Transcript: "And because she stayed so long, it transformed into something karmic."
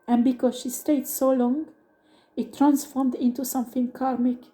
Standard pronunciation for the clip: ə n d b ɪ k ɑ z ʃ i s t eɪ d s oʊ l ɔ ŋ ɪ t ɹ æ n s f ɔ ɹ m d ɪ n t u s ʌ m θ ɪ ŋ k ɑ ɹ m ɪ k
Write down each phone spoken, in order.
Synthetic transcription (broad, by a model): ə n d b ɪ k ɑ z ʃ i s t eɪ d s oʊ l ɔ ŋ ɪ t ɹ æ n s f ɔ ɹ m d ɪ n t u s ʌ m θ ɪ ŋ k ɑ ɹ m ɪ k